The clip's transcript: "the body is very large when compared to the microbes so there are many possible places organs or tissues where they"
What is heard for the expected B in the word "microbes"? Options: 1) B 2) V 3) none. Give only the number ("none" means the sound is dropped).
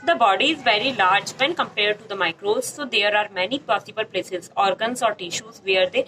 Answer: 3